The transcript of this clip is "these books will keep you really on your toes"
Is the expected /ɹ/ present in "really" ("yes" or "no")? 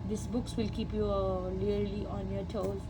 no